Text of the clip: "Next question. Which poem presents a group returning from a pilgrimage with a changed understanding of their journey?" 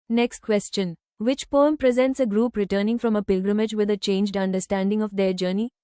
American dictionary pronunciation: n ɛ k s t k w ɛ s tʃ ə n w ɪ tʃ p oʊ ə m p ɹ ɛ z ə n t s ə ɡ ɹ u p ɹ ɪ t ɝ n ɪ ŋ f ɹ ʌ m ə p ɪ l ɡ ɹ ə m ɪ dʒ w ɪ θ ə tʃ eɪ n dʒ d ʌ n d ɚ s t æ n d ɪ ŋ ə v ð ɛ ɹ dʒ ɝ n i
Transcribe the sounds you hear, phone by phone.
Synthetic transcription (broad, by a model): n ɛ k s t k w ɛ s tʃ ə n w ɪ tʃ p oʊ ə m p ɹ ɛ z ə n t s ə ɡ ɹ u p ɹ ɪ t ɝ n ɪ ŋ f ɹ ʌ m ə p ɪ l ɡ ɹ ə m ɪ dʒ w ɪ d ə tʃ eɪ n dʒ d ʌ n d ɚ s t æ n d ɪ ŋ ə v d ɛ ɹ dʒ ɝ n i